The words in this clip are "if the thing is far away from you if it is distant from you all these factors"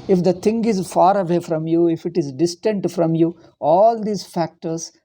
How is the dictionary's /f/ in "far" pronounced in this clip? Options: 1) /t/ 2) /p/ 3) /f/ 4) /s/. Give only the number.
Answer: 3